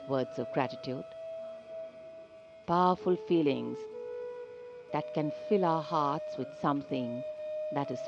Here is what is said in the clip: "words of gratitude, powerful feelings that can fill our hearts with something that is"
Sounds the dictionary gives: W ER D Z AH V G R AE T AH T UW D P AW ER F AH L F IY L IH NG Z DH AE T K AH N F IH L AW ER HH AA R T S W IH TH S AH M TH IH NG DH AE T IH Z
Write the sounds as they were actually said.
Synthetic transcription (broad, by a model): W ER D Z AH V G R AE T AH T UW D P AW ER F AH L F IY L IH NG Z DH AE T K AH N F IH L AW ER HH AA R T S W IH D S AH M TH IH NG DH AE T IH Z